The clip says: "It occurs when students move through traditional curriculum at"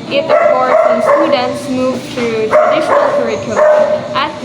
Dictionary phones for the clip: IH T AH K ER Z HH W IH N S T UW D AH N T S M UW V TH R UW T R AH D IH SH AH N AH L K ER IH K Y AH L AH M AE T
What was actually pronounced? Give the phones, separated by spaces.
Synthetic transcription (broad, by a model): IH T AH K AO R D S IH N S T UW D AH N T S M UW V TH R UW T R AH D IH SH AH N AH L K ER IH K Y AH L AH AE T